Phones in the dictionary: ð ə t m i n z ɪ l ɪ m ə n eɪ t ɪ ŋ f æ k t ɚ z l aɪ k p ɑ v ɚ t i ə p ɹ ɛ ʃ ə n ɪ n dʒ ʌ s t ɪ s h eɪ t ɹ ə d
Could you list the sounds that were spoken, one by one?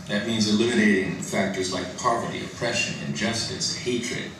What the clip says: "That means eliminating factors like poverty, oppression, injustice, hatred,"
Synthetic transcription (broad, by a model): ð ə t m i n z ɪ l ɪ m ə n eɪ t ɪ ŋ f æ k t ɚ z l aɪ k p ɑ v ɚ t i ə p ɹ ɛ ʃ ə n ɪ n dʒ ʌ s t ɪ s h eɪ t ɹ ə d